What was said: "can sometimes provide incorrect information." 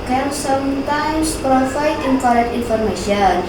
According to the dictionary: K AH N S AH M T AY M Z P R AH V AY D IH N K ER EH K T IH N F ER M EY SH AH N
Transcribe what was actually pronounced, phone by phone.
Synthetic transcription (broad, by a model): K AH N S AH M T AY M S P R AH F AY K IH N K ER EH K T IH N F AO M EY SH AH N